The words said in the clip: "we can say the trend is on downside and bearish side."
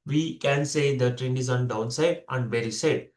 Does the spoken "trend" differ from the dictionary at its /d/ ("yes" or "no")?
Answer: yes